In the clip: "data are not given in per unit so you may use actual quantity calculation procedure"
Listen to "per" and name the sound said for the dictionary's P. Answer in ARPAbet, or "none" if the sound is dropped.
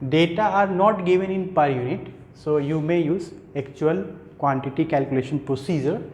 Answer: P